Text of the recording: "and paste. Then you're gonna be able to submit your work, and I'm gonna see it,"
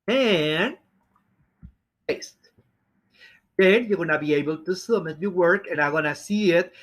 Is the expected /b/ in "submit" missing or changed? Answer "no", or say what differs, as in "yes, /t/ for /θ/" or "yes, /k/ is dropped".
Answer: yes, /b/ is dropped